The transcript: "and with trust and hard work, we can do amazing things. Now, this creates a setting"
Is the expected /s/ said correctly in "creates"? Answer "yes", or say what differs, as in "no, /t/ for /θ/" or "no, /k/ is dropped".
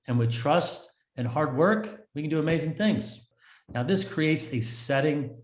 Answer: yes